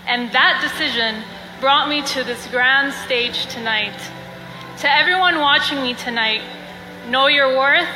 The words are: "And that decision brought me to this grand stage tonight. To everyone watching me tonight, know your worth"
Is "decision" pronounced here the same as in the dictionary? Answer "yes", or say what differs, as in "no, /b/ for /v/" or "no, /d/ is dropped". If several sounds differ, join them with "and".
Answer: yes